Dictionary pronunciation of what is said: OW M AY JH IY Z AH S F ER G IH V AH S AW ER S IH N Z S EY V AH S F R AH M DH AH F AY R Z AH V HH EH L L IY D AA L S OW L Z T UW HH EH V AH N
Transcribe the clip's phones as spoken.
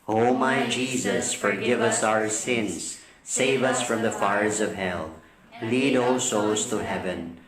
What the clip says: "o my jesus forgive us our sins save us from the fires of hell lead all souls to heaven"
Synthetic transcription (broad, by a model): OW M AY JH IY Z AH S F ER G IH V AH S AW ER S IH N Z S EY V AH S F R AH M DH AH F AY R Z AH V HH EH L L IY D AA L S OW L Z T UW HH EH V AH N